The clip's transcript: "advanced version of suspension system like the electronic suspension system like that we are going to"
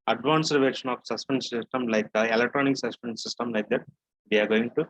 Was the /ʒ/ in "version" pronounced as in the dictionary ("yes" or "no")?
no